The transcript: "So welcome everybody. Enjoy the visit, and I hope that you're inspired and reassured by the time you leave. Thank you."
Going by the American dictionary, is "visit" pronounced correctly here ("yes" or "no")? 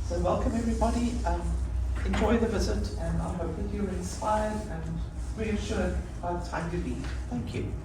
yes